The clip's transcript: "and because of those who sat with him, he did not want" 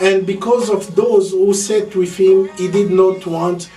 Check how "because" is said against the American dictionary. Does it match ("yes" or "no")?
yes